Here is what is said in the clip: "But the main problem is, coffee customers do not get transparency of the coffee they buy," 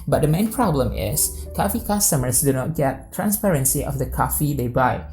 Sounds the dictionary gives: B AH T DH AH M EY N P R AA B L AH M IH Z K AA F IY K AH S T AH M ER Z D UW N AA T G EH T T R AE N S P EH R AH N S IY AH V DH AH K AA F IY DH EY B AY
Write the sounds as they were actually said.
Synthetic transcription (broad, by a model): B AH T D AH M EY N P R AA B L AH M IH S K AA F IY K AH S T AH M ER S D UW N AA T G EH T T R AE N S P EH R AH N S IY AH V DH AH K AA F IY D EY B AY